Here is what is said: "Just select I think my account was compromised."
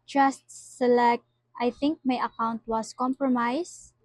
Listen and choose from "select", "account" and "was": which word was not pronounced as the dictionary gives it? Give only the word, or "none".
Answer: was